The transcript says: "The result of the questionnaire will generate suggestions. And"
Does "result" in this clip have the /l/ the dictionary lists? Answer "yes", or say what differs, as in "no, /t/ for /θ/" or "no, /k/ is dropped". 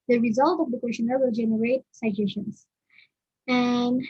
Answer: yes